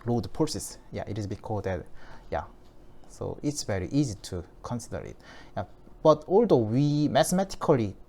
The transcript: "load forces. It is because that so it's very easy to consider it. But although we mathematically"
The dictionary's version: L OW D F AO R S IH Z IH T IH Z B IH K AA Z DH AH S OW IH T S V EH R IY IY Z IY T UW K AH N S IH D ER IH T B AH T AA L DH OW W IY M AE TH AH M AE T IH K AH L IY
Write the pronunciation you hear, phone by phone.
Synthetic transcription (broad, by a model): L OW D P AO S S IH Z IH T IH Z B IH K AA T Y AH S OW IH T S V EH R IY IY Z IY T UW K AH N S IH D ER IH T B AH T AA L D OW W IY M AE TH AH M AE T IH K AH L IY